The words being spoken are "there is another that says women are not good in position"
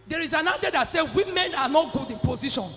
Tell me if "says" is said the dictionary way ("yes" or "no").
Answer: no